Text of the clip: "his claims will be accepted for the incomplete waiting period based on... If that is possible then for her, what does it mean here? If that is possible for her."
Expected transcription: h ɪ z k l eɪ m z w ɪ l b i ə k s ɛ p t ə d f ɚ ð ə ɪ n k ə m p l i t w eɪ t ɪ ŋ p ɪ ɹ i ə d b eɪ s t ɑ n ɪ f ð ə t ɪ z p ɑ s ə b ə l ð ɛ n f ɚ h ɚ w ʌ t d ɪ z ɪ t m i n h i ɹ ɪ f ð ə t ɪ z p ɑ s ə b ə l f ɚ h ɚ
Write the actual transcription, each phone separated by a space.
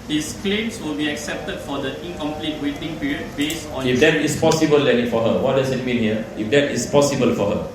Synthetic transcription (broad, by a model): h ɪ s k l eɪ m s w ɪ l b i ə k s ɛ p t ə d f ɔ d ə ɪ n k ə m p l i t w eɪ t ɪ ŋ p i ɹ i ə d b eɪ s t ɑ n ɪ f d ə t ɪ s p ɑ s ə b ə l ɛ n f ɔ h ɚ w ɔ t d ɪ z ɪ t m i n h i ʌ ɪ f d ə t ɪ s p ɑ s ə b ə l f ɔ h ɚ